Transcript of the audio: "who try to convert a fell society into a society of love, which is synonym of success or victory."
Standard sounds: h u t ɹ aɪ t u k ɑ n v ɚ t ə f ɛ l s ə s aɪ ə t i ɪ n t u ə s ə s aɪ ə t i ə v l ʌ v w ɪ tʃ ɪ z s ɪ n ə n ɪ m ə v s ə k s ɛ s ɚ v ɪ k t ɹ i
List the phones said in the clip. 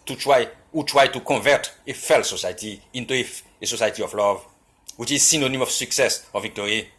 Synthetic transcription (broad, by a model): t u t ɹ aɪ t u k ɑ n v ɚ t ə f ɛ l s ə s aɪ t i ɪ n t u ə s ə s aɪ t i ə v l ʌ v w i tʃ ɪ z s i n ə n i m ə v s ə k s ɛ s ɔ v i k t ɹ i